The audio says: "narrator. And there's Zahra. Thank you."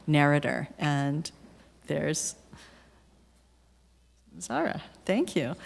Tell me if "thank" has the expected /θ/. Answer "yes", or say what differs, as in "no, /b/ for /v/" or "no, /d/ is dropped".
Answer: yes